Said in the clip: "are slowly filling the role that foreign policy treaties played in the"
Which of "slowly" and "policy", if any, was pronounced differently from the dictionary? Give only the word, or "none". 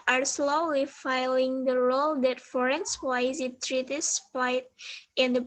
policy